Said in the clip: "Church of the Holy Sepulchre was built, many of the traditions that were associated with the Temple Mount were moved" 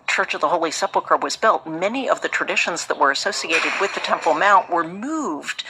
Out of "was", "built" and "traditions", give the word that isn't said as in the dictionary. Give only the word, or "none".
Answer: none